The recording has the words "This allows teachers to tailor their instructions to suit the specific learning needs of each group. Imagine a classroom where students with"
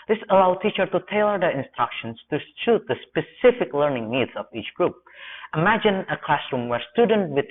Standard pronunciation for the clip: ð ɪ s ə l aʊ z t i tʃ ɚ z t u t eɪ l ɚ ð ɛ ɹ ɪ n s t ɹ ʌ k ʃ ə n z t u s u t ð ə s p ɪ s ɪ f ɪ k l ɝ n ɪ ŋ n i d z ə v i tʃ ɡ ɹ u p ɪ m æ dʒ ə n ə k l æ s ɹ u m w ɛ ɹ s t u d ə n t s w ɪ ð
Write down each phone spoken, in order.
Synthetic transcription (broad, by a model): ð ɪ s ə l aʊ t i tʃ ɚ t u t eɪ l ɚ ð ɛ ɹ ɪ n s t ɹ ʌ k ʃ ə n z t u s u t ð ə s p ɪ s ɪ f ɪ k l ɝ n ɪ ŋ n i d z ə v i tʃ ɡ ɹ u p ɪ m æ dʒ ə n ə k l æ s ɹ u m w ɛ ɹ s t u d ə n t w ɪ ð